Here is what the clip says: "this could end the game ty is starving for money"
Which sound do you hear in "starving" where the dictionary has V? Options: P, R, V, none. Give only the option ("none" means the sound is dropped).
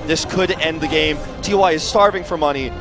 V